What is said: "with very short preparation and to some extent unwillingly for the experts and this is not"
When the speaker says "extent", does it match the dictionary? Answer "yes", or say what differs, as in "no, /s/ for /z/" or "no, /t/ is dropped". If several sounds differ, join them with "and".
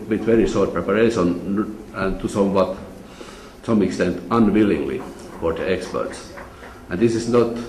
yes